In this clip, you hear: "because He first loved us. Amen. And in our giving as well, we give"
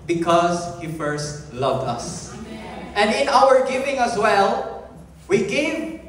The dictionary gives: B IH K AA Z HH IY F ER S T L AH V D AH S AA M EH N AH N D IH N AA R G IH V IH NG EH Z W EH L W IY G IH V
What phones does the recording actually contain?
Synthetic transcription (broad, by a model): B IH K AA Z HH IY F ER S T L AH V D AH S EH N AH N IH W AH R G IH V IH NG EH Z W EH L W IY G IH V